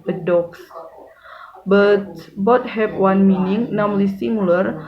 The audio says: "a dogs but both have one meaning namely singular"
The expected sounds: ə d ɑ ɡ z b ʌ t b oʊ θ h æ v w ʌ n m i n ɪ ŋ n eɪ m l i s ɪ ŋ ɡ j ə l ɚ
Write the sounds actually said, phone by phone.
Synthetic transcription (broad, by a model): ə d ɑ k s b ʌ t b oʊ t h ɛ p w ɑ n m i n ɪ ŋ n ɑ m l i s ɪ ŋ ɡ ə l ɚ